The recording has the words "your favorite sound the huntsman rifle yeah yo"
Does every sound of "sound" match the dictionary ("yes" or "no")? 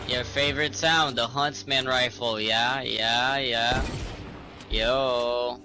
yes